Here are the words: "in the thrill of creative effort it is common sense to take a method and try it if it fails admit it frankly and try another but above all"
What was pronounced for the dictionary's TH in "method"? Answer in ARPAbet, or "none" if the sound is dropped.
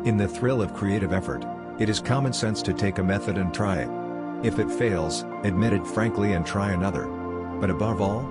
TH